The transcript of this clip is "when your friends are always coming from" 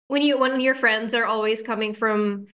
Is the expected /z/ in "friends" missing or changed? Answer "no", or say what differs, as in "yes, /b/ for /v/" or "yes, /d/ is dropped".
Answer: no